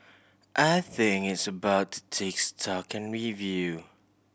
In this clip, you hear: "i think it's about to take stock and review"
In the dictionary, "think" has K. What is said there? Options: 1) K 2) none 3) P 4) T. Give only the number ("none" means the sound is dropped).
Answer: 2